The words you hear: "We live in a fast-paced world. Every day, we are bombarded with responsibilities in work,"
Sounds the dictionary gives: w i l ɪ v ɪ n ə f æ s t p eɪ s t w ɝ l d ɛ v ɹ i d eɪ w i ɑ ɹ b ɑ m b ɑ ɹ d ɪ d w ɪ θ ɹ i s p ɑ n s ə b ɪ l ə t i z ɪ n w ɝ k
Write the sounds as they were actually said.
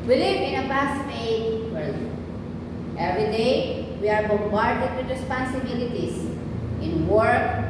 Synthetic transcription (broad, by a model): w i l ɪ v ɪ n ə p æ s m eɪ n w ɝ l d ɛ v ɹ i d eɪ w i ɑ ɹ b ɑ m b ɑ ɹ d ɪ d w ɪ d ɹ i s p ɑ n s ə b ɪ l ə t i s ɪ n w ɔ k